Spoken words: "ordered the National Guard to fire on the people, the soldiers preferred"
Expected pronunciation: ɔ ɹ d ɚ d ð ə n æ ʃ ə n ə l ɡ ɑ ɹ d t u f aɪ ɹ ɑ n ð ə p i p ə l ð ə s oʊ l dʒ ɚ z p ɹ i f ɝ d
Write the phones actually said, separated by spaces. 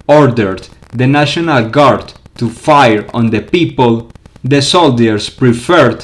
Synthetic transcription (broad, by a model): ɔ ɹ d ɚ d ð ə n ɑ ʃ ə n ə l ɡ ɑ ɹ d t u f aɪ ɹ ɑ n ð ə p i p ə l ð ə s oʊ l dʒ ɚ s p ɹ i f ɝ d